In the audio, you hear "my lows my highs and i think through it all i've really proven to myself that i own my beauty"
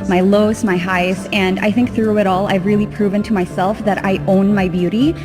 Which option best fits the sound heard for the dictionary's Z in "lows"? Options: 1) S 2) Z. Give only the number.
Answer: 1